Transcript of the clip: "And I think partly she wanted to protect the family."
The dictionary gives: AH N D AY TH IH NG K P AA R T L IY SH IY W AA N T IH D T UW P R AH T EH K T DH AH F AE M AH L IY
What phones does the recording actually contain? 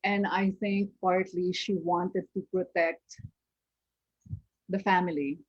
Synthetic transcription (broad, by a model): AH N D AY T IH NG K P AA R T L IY SH IY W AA N T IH D T UW P R AH T EH K T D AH F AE M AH L IY